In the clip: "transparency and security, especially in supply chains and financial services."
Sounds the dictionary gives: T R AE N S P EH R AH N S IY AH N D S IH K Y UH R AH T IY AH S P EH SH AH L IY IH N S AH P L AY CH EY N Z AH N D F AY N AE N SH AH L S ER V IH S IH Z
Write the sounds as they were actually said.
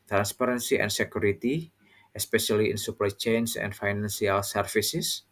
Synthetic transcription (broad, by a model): T R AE N S P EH R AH N S IY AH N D S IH K Y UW R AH T IY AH S P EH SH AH L IY IH N S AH P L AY CH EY N S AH N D F AY N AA N S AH L S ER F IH S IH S